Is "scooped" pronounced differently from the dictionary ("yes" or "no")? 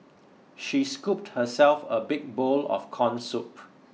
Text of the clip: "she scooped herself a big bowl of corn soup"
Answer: no